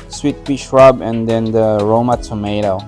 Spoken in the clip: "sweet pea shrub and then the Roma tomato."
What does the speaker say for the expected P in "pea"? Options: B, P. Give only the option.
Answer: B